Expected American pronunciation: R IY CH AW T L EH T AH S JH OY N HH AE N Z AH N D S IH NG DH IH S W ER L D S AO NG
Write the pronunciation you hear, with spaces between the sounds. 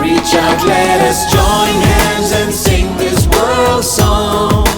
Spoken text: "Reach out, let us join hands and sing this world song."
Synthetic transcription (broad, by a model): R IY CH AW L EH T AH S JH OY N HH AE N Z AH N S IH NG DH IH S W ER L D S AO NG